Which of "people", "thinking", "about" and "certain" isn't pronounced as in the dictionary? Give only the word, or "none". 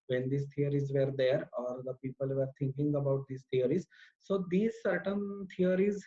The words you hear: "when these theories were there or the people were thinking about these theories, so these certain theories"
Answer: thinking